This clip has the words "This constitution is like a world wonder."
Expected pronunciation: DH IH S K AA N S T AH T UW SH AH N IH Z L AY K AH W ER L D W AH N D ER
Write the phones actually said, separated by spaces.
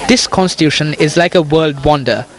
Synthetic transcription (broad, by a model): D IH S K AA N S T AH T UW SH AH N IH Z L AY K AH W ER L D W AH N D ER